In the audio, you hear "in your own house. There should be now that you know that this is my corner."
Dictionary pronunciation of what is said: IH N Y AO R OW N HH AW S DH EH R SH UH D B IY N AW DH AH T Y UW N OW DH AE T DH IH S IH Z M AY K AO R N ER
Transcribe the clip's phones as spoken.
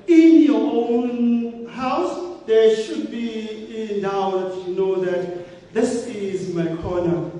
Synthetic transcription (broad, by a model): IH N Y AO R OW N HH AW S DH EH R SH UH D B IY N AW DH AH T Y UW N OW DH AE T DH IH S IH Z M AY K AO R N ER